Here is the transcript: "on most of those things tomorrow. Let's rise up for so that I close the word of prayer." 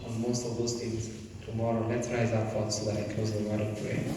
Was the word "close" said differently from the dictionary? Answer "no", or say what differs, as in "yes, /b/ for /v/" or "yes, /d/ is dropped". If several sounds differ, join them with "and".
yes, /l/ is dropped